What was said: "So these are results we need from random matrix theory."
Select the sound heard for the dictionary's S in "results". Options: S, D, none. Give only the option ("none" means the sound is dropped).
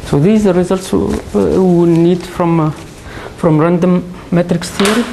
S